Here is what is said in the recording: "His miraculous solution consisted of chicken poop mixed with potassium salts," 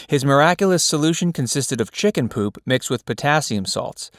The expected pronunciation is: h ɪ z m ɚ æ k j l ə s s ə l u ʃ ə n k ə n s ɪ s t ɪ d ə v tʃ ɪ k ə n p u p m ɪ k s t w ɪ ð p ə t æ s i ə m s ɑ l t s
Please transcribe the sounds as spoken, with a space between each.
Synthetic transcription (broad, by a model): h ɪ z m ɚ æ k j l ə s s ə l u ʃ ə n k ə n s ɪ s t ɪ d ə v tʃ ɪ k ə n p u p m ɪ k s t w ɪ ð p ə t æ s i ə m s ɑ l t s